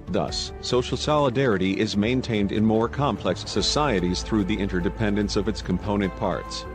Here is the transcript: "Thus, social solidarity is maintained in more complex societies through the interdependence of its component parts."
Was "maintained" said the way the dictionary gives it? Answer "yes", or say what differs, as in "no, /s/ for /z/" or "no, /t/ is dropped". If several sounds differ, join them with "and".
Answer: yes